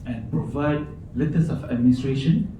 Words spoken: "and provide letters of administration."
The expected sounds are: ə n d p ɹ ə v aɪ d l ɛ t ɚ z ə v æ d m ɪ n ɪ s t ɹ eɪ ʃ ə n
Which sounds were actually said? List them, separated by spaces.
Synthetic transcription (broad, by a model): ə n p ɹ ə v aɪ d l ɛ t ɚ s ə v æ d m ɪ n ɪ s t ɹ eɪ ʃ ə n